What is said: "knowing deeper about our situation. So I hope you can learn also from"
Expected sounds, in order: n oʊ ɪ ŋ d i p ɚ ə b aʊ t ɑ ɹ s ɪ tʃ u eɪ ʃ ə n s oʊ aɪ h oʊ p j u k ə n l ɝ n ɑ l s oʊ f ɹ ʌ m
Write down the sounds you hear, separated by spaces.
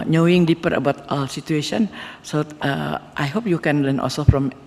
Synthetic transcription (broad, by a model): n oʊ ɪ ŋ d i p ɚ ə b aʊ t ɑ l s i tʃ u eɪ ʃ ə n s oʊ aɪ h oʊ p j u k ə n l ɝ n ɑ l s oʊ f ɹ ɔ m